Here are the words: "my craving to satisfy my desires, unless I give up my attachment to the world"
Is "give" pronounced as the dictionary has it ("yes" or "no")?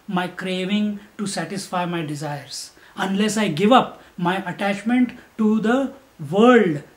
yes